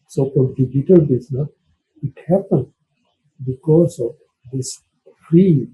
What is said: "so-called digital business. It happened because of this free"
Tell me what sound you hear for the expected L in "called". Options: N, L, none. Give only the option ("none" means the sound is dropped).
none